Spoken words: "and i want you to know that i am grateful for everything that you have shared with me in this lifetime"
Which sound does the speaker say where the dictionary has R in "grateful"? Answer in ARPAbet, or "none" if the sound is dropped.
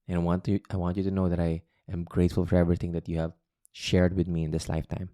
R